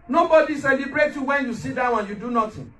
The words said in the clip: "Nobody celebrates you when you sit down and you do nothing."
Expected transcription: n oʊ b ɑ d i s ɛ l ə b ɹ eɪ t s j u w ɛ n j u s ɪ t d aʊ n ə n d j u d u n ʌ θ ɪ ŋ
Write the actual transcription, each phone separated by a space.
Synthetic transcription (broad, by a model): n oʊ b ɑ d i s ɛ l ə b ɹ eɪ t j u w ɛ n j u s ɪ t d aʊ ə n j u d u n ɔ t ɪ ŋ